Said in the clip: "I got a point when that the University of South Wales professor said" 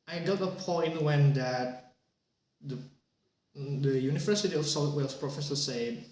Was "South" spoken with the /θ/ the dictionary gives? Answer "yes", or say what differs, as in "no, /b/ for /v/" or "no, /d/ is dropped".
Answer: no, /t/ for /θ/